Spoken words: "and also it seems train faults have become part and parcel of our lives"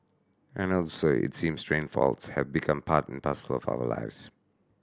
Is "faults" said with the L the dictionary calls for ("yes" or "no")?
yes